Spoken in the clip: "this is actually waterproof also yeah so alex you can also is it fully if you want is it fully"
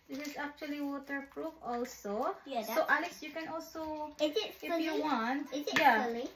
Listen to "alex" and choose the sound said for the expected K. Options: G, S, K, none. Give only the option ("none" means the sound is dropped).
none